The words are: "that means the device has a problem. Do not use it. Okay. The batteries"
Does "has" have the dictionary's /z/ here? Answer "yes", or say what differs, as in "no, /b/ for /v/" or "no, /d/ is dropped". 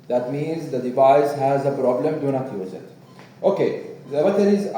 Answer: yes